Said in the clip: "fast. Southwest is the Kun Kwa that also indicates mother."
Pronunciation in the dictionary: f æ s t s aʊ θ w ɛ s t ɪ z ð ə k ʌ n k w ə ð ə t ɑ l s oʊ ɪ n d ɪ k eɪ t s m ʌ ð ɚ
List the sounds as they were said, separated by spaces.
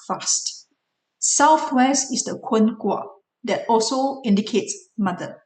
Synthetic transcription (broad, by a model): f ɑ s t s aʊ θ w ɛ s t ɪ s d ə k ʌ n k w ə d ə t ɑ l s oʊ ɪ n d ɪ k eɪ t s m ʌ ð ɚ